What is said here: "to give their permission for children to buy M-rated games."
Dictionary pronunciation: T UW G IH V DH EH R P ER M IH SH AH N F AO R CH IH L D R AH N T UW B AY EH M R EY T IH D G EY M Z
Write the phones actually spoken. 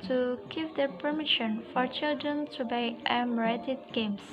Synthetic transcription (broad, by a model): T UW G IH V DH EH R P ER M IH SH AH N F AO R CH IH L D R AH N T UW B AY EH M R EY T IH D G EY M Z